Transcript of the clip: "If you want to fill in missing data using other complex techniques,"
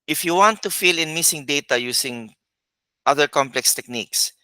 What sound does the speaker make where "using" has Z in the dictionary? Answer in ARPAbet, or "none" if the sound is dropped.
S